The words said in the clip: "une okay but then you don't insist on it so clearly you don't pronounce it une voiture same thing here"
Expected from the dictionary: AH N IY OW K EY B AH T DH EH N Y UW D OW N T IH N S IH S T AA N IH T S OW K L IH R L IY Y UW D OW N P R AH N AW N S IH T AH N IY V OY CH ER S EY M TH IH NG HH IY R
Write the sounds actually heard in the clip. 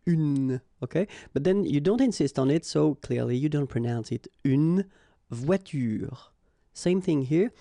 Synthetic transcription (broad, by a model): N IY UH K EY B AH T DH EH N Y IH D OW N T IH N S IH S T N IH T S OW K L IH R L IY Y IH D OW N P R AH N AW N S IH T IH N V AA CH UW S EY M TH IH NG HH IY R